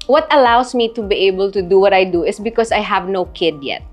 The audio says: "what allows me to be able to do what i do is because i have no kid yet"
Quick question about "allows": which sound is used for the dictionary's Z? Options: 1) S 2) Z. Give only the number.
1